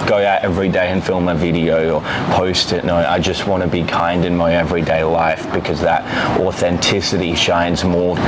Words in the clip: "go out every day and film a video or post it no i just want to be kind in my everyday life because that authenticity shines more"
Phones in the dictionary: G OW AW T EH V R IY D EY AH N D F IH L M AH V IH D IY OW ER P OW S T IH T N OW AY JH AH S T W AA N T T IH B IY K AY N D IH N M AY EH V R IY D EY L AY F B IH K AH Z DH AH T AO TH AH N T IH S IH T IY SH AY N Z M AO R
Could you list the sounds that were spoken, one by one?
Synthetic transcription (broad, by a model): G OW AW T EH V R IY D EY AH N F IH L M AH V IH D IY OW ER P OW S T IH T N OW AY JH AH S T W AA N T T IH B IY K AY N D IH N M AY EH V R IY D EY L AY F B IH K AH Z DH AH T AO TH AH N T IH S IH T IY SH AY N Z M AO R